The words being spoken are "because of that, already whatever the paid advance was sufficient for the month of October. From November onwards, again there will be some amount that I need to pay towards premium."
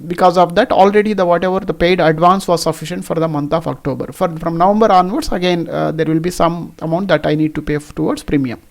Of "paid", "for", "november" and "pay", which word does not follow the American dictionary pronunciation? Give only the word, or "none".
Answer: none